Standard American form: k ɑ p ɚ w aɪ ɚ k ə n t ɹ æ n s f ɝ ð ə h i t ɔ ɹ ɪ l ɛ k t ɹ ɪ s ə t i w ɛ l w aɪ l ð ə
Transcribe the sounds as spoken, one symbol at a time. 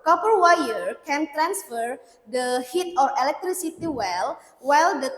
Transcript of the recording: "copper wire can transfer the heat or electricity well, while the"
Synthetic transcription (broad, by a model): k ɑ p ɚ w aɪ ɚ k ə n t ɹ æ n s f ɝ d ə h i t ɔ ɹ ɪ l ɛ k t ɹ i s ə t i w ɛ l w aɪ l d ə